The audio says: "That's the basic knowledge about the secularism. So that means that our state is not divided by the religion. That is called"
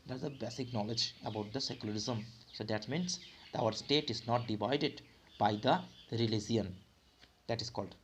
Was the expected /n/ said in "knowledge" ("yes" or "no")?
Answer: yes